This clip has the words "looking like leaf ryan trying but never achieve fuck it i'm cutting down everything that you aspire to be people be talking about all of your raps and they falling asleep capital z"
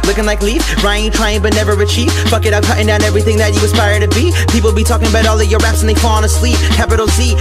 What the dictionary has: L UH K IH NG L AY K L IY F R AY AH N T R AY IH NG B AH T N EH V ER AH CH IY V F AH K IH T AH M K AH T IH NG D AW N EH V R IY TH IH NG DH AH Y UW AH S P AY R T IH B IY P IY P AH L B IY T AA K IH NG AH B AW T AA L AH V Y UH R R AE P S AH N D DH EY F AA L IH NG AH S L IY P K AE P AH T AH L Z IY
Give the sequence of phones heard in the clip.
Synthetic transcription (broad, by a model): L UH K IH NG L AY K L IY F R AY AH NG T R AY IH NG B AH T N EH V ER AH CH IY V F AH K IH T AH K AH T IH NG D AW N EH V R IY TH IH NG DH AH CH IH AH S P AY R T IH B IY P IY P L B IY T AA K IH NG AH B AW T AA L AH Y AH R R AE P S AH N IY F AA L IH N AH S L IY P K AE P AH T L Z IY